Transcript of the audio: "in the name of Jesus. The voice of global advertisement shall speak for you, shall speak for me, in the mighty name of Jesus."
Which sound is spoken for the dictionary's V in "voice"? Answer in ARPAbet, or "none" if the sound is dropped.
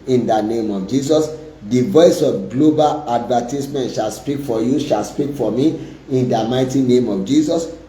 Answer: V